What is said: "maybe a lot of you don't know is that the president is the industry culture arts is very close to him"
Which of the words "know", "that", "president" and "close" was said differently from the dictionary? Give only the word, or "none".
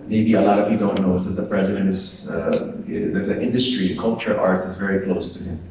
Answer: none